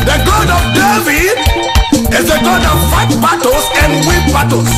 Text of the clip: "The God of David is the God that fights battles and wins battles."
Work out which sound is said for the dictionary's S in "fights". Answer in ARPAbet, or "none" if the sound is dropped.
none